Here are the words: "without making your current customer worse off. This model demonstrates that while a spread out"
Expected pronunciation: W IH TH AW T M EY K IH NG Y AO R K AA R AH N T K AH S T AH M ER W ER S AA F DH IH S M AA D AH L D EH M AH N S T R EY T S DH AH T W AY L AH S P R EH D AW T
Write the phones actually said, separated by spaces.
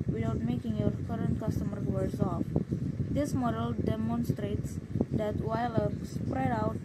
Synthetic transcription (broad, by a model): W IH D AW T M EY K IH NG Y AO R K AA R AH N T K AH S T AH M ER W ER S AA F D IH S M AA D AH L D EH M AH N S T R EY T S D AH T W AY L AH S P R EH D AW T